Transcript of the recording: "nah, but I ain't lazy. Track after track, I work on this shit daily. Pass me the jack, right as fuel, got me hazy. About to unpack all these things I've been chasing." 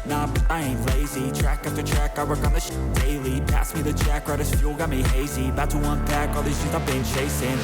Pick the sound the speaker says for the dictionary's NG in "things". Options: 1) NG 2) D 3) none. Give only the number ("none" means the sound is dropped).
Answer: 3